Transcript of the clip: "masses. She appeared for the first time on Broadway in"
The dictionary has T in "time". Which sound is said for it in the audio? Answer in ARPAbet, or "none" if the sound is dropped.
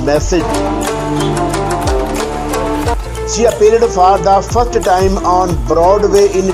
T